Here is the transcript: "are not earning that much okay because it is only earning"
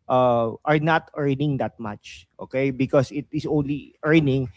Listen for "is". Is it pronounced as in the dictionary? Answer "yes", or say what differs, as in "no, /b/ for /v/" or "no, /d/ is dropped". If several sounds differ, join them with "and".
no, /s/ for /z/